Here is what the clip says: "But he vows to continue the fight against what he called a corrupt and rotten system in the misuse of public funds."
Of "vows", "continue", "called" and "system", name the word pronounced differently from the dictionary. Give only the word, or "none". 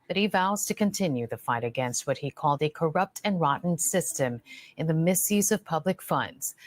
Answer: none